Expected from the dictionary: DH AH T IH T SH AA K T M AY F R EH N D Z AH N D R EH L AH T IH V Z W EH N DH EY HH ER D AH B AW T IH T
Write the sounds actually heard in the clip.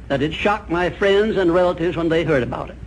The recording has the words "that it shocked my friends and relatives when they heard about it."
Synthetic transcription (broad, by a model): DH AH T IH T SH AA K M AY F R EH N D Z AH N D R EH L AH T IH V Z W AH N DH EY HH ER D AH B AW T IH T